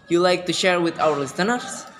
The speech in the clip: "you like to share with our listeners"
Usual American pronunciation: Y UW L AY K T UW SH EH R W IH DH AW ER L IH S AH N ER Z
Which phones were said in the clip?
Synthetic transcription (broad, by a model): Y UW L AY K T UW SH EH R W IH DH AW ER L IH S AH N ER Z